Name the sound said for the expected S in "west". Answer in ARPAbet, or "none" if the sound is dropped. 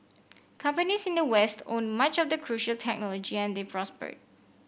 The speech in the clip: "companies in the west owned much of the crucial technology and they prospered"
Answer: S